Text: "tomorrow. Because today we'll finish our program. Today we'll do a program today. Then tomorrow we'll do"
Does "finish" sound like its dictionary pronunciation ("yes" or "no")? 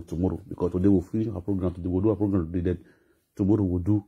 no